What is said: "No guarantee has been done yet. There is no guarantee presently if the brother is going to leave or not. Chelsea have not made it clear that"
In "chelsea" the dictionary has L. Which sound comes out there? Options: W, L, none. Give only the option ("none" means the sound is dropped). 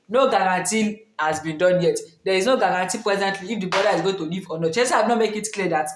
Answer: none